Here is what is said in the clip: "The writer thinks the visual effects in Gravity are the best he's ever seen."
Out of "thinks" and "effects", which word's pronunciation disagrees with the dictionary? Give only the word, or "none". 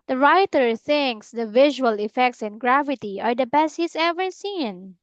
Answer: none